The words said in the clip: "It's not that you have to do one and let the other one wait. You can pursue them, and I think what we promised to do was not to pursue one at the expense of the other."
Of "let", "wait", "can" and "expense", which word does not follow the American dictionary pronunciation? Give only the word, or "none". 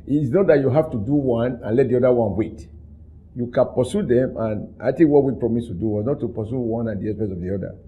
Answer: expense